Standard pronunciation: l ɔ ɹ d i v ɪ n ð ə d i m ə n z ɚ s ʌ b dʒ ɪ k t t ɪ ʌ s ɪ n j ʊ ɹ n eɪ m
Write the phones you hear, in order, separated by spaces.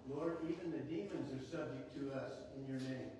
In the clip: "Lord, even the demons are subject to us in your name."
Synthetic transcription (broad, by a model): l ɔ ɹ d i v ɪ n ð ə d i m ə n z ɚ s ʌ b dʒ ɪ k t t ɪ ʌ s ɪ n j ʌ ɹ n eɪ m